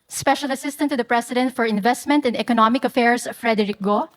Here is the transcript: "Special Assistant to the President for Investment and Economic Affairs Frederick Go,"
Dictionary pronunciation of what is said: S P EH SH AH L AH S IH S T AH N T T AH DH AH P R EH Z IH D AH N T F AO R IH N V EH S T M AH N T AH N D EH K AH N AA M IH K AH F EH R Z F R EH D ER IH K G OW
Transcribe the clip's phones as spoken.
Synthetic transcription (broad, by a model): S P EH SH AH L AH S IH S T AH N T T AH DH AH P R EH S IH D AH N T F AO R IH N V EH S T M AH N T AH N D EH K AH N AA M IH K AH F EH R S F R EH D ER IH K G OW